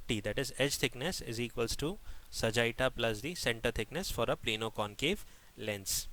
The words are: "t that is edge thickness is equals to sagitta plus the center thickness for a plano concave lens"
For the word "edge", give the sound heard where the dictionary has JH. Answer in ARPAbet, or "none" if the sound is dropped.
JH